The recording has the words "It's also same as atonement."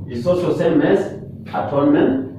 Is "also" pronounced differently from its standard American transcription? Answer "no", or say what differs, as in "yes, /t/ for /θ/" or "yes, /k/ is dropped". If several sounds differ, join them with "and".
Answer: yes, /l/ is dropped